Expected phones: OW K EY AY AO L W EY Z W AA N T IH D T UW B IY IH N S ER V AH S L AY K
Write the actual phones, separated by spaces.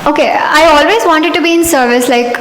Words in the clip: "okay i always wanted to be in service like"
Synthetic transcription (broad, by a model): OW K EY AY AO L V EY Z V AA N T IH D T UW B IY IH N S ER V AH S L AY K